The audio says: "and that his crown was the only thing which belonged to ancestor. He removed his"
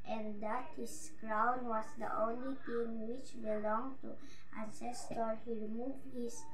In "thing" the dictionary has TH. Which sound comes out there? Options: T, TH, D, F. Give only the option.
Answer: T